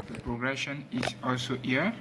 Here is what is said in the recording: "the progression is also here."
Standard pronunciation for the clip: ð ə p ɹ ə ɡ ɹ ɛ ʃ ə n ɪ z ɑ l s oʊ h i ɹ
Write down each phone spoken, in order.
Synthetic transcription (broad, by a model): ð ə p ɹ ə ɡ ɹ ɛ ʃ ə n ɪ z ɑ l s oʊ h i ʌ